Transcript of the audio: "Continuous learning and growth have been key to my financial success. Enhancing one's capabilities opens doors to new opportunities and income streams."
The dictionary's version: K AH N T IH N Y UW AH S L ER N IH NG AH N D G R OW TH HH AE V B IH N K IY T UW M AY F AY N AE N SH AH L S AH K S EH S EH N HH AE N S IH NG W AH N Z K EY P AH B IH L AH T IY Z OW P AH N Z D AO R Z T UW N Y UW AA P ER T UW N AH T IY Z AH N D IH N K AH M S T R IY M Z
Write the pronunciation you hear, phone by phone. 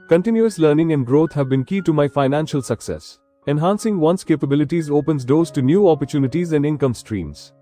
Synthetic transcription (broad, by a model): K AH N T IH N Y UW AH S L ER N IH NG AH N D G R OW T HH AE V B IH N K IY T UW M AY F AY N AE N SH AH L S AH K S EH S EH N HH AE N S IH NG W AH N S K EY P AH B IH L AH T IY Z OW P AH N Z D AO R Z T UW N Y UW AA P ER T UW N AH T IY Z AH N D IH N K AH M S T R IY M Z